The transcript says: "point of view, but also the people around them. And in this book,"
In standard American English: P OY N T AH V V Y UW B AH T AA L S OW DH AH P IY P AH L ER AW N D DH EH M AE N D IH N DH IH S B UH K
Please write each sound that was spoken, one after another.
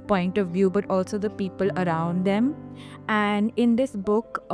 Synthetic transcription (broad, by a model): P OY N T AH V V Y UW B AH T AA L S OW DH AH P IY P AH L ER AW N D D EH M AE N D IH N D IH S B UH K